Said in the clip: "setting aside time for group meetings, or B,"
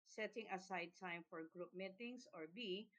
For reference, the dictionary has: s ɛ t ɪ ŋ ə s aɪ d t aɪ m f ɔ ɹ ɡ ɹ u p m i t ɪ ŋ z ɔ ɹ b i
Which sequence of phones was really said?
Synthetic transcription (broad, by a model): s ɛ t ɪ ŋ ə s aɪ d t aɪ m f ɔ ɹ ɡ ɹ u p m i t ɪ ŋ s ɔ ɹ b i